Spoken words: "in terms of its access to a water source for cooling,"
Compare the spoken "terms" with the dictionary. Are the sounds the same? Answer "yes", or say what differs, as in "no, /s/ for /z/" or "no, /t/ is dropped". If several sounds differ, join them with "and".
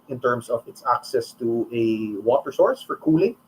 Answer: no, /s/ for /z/